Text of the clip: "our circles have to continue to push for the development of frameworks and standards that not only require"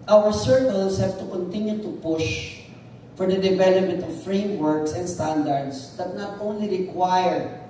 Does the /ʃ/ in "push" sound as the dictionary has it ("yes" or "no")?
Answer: yes